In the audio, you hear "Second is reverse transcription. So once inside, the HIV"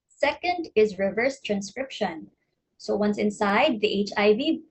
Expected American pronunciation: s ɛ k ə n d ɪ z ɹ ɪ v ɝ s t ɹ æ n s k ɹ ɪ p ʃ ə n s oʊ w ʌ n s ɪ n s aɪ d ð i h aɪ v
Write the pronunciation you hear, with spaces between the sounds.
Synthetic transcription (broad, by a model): s ɛ k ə n d ɪ z ɹ ɪ v ɝ s t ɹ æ n s k ɹ ɪ p ʃ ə n s oʊ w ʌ n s ɪ n s aɪ d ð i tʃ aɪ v